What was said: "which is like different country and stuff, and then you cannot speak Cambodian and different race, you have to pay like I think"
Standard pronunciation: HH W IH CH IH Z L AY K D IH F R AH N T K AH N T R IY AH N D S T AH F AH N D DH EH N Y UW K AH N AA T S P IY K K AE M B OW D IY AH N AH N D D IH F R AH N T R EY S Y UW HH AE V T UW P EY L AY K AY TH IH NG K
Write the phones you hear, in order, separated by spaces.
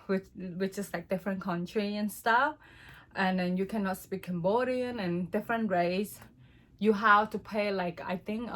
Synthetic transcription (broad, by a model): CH W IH CH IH S L AY K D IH F R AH N K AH N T R IY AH N S T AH F AH N D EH N Y UW K AH N AA T S P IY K K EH M B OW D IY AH N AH N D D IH F R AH N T R EY S Y UW HH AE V T UW P EY L AY K AY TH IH NG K